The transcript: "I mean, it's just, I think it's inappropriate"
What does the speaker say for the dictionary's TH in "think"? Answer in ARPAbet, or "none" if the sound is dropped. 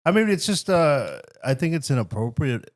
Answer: TH